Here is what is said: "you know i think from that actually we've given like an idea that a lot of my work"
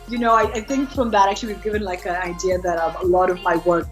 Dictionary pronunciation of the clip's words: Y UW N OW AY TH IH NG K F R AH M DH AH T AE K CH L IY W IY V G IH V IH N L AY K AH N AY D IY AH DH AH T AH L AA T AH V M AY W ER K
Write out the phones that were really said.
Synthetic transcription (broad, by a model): Y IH N OW AY TH IH NG K F R AH M DH AH T AE K CH L IY W IY V G IH V IH N L AY K AH N AY D IY AH DH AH T AH L AA T AH V M AY W ER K